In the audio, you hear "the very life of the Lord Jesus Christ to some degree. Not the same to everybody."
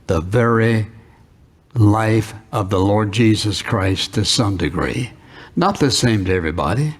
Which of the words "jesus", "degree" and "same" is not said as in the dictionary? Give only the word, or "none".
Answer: none